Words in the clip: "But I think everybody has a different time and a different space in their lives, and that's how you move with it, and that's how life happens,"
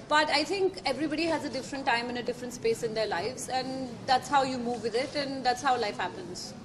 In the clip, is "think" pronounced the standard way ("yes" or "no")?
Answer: no